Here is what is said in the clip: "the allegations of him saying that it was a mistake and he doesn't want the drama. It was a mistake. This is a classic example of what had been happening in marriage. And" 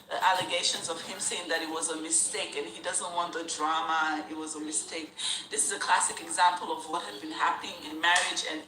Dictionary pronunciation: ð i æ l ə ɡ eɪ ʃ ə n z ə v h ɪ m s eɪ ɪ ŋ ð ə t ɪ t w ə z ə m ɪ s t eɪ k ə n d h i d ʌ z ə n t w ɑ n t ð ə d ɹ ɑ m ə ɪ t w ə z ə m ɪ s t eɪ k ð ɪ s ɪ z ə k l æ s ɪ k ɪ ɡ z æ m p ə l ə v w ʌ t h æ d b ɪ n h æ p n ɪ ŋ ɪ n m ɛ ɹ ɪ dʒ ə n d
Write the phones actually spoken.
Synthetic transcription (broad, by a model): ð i æ l ə ɡ eɪ ʃ ə n z ə v h ɪ m s eɪ ɪ ŋ ð ə t ɪ t w ə z ə m ɪ s t eɪ k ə n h i d ʌ z ə n t w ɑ n ð ə d ɹ ɑ m ə ɪ t w ə z ə m ɪ s t eɪ k ð ɪ s ɪ z ə k l æ s ɪ k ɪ ɡ z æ m p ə l ə v w ʌ t h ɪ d b ɪ n h æ p n ɪ ŋ ɪ n m ɛ ɹ ɪ dʒ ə n